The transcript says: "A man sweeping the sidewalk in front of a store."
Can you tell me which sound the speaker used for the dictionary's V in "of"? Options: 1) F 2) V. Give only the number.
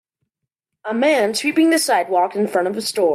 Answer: 2